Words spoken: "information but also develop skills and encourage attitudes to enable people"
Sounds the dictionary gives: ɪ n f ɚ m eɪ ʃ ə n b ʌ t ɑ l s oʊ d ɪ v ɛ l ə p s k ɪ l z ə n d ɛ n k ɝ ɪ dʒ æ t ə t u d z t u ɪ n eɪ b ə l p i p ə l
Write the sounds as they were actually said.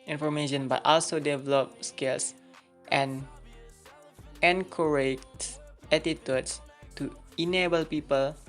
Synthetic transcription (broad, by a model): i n f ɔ m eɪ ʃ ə n b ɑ t ɑ l s oʊ d ɪ v ɛ l ə p s k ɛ l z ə n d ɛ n k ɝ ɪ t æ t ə t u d s t u ɪ n eɪ b ə l p i p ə l